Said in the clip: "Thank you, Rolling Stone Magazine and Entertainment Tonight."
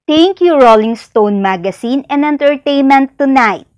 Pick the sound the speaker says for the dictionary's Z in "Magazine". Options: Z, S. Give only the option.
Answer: S